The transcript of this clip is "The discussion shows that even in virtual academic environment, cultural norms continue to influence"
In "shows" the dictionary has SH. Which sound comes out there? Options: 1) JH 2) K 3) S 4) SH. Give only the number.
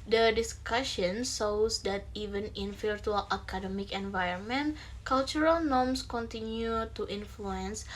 3